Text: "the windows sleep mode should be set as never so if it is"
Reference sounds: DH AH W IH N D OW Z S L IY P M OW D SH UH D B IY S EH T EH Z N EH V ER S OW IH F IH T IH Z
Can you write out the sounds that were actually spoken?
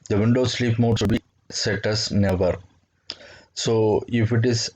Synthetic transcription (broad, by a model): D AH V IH N D OW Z S L IY P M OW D S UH B IY S EH T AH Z N EH V ER S OW IH F IH T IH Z